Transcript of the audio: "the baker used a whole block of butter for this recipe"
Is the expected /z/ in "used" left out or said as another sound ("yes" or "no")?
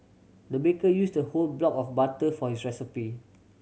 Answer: yes